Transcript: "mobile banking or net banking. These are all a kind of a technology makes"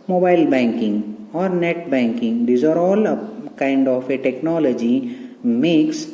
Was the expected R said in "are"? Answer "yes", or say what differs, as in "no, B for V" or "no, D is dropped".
yes